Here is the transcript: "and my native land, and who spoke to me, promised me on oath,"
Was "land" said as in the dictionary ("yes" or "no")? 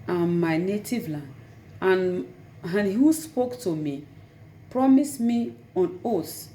no